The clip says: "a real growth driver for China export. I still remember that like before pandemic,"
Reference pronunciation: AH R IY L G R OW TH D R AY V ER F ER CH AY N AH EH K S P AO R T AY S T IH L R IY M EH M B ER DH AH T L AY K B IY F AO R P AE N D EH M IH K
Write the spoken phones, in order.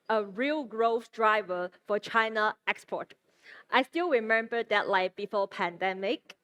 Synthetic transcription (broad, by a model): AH R IY L G R OW F D R AY V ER F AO CH AY N AH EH K S P AO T T AY S T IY L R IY M EH M B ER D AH T L AY K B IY F AO P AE N D EH M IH K